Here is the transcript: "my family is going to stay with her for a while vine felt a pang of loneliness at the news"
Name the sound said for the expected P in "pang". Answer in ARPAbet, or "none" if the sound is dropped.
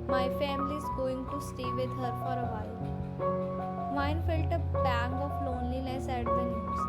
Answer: B